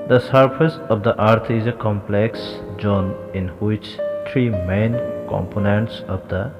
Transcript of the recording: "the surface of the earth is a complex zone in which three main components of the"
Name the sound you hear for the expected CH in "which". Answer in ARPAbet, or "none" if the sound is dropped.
CH